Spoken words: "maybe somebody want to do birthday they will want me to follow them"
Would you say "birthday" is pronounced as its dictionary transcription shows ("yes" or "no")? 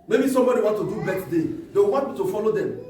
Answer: no